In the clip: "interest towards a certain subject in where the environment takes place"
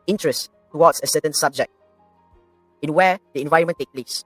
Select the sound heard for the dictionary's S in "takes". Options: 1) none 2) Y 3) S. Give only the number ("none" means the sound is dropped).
1